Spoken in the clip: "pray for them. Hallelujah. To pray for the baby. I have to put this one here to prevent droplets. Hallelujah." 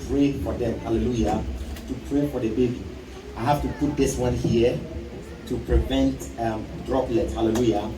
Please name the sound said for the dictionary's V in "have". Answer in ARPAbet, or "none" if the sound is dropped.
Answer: F